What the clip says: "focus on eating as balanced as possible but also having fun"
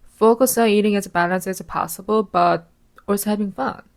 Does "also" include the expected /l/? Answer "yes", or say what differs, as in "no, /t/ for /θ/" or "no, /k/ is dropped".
no, /l/ is dropped